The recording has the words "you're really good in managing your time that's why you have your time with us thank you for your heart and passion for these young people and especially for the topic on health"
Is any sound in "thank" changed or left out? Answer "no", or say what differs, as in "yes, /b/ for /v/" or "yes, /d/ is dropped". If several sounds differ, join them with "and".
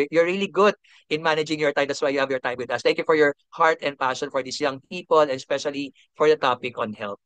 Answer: yes, /t/ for /θ/